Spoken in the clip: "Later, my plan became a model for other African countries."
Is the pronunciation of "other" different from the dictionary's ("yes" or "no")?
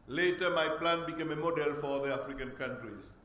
yes